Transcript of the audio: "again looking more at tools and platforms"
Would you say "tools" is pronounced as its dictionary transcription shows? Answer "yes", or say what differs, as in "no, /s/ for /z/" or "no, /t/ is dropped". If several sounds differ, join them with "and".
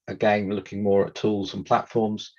yes